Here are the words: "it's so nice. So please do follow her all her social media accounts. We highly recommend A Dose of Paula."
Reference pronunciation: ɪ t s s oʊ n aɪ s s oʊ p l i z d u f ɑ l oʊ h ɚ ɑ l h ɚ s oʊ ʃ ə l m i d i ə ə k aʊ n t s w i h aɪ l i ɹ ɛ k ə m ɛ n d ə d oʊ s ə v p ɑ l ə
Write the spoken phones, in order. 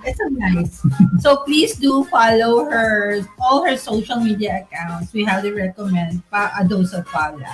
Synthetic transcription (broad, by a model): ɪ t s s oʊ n aɪ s s oʊ p l i s d u f ɑ l oʊ h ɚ ɑ l h ɚ s oʊ ʃ ə l m i d i ə ə k aʊ n t s w i h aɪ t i ɹ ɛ k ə m ɛ n d ə d oʊ s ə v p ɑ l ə